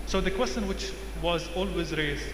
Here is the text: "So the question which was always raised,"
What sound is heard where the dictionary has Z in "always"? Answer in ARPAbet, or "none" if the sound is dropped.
Z